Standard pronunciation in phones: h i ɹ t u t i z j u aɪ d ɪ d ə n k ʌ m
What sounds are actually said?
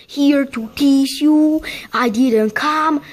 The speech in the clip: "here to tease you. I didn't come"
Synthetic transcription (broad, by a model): h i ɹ t u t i s j u aɪ d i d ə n k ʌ m